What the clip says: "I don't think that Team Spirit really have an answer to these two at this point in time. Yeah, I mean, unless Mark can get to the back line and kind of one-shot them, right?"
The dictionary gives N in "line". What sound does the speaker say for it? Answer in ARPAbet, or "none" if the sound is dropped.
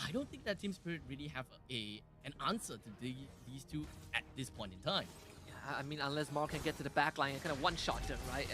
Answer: none